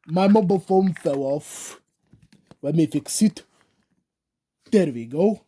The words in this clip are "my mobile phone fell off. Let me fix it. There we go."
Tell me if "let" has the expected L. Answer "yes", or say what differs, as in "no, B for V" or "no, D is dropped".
no, W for L